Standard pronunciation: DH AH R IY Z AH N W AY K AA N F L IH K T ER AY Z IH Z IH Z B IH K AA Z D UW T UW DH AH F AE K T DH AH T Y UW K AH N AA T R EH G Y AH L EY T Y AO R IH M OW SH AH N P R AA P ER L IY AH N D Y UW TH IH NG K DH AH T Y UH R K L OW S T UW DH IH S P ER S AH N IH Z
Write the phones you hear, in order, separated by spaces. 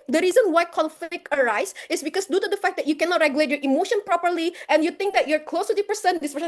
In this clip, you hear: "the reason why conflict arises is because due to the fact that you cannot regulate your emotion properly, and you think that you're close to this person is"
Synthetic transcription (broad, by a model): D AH R IY Z AH N W AY K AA L F IH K ER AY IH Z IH S B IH K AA S D UW T UW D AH F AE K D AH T Y UW K AH N AA T R EH G Y AH L EY T Y AO R IH M OW SH AH N P R AA P ER L IY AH N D Y UW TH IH NG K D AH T Y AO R K L OW S T UW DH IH P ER S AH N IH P